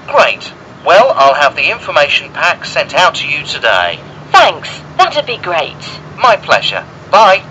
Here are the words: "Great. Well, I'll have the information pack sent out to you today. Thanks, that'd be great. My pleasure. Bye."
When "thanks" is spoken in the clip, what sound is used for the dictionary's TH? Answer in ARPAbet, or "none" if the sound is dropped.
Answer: TH